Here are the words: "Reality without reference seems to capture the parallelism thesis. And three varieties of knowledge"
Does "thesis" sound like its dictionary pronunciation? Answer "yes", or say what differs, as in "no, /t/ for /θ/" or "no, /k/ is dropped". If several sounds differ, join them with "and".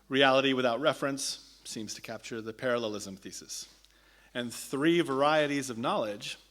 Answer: yes